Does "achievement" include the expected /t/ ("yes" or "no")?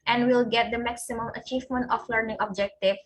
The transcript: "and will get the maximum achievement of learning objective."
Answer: yes